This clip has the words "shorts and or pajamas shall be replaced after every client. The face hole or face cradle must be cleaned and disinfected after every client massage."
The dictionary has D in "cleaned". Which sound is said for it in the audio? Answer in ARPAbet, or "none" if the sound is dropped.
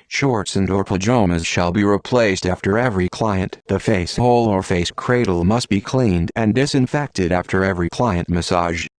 D